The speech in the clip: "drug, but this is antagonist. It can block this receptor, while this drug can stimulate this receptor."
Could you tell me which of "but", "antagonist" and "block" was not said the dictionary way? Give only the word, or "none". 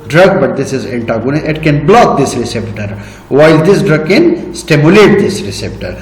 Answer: antagonist